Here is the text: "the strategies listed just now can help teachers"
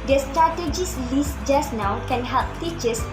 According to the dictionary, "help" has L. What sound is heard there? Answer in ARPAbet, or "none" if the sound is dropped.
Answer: L